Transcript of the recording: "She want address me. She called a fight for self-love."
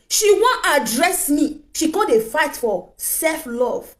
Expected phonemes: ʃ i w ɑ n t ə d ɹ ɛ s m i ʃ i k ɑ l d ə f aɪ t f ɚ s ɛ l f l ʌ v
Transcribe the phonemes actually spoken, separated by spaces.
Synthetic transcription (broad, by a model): ʃ i w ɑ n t ə d ɹ ɛ s m i ʃ i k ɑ d ə f aɪ t f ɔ s ɛ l f l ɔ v